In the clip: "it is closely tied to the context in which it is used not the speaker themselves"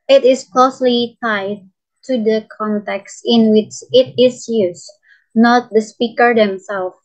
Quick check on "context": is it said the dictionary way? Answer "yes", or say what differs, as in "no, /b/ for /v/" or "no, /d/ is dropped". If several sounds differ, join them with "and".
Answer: yes